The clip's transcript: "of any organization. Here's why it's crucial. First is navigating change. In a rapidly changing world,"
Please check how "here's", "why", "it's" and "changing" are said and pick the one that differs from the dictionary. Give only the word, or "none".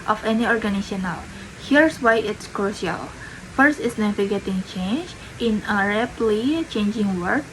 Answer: here's